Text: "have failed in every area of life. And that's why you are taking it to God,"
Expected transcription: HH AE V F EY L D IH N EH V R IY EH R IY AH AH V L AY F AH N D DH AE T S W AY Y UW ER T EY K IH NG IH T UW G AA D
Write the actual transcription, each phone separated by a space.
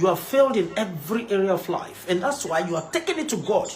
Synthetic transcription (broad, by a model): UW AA F EY L D IH N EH V R IY EH R IY AH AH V L AY F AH N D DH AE T S W AY Y UW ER T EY K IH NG IH T UW G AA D